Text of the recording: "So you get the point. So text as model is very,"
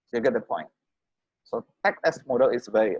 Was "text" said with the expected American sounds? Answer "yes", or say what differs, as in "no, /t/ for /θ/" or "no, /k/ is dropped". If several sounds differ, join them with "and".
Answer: no, /s/ is dropped